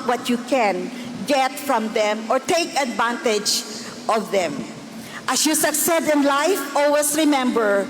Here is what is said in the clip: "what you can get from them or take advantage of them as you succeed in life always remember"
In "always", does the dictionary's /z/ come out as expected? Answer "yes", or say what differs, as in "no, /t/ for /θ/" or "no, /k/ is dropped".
no, /s/ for /z/